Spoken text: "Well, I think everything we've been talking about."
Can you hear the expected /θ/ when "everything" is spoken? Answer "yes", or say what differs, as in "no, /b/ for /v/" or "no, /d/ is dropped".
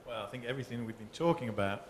yes